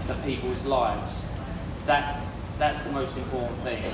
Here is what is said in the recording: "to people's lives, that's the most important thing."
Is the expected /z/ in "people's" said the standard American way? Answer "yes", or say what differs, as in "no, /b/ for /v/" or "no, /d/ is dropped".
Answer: yes